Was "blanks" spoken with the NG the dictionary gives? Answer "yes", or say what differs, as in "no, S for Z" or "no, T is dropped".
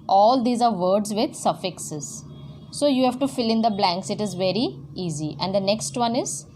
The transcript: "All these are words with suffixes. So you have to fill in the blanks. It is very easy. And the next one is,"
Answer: yes